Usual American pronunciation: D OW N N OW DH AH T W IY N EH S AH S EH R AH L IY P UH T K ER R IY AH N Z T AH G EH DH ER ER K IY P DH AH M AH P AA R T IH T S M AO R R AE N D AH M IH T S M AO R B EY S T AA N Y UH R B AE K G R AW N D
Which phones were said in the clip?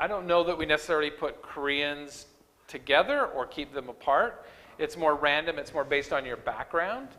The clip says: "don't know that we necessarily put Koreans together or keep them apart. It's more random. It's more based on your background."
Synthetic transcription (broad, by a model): D OW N N OW DH AH T W IY N EH S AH S EH R L IY P UH T K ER R IY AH N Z T AH G EH DH ER ER K IY P DH AH M AH P AA R T IH T S M AO R R AE N D AH M IH T S M AO R B EY S T N Y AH R B AE K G R AW N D